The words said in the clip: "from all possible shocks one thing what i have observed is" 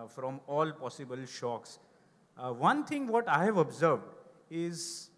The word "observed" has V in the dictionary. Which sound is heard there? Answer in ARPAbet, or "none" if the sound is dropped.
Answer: V